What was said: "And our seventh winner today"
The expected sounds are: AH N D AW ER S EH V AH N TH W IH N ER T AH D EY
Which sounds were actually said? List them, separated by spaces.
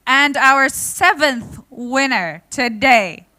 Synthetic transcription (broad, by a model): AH N D AW ER S EH V AH N TH W IH N ER T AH D EY